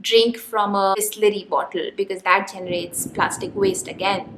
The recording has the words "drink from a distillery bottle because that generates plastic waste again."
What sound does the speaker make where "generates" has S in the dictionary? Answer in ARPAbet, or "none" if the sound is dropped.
S